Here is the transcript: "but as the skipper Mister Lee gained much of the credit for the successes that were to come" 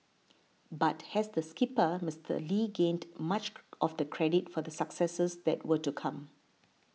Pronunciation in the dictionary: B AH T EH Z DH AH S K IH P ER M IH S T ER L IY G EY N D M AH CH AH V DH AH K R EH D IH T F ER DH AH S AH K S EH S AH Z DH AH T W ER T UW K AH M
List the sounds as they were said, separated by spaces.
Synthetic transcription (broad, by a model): B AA T EH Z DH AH S K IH P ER M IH S T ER L IY G EY N D M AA CH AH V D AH K R EH D IH T F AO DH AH S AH K S EH S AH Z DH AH T W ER T UW K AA M